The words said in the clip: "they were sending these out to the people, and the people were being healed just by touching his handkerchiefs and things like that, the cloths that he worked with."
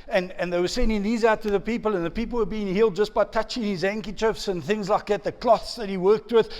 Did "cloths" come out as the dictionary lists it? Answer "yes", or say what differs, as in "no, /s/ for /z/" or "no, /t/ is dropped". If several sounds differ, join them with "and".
yes